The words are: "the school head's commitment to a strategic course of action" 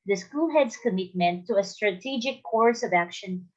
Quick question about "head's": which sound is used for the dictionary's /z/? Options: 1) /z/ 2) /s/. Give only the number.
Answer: 2